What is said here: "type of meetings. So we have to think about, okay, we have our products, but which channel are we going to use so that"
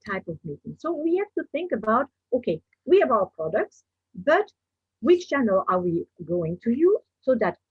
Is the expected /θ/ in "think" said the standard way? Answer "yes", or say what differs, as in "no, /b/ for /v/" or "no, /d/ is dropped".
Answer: yes